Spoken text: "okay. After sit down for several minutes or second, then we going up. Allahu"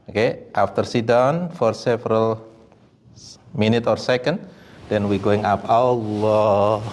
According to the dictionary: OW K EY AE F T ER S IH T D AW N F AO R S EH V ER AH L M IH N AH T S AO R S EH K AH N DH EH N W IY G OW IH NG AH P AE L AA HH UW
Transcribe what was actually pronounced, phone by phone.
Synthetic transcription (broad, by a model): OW K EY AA F T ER S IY D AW N F AO R S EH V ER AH L M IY N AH T AO R S EH K AH N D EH N W IY G OW IH NG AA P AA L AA